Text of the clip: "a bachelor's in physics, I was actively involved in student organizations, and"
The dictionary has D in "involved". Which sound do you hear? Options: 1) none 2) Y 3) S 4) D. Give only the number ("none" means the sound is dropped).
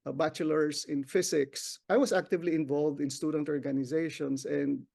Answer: 4